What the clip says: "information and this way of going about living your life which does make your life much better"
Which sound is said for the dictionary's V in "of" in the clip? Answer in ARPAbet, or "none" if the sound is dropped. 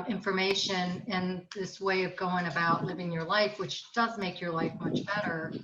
V